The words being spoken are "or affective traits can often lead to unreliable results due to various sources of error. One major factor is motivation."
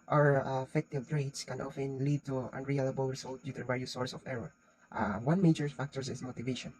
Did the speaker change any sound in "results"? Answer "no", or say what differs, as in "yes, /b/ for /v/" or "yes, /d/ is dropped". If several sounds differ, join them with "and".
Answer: yes, /s/ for /z/ and /s/ is dropped